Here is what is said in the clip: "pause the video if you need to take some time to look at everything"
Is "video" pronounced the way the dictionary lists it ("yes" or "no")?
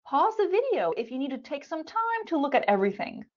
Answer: yes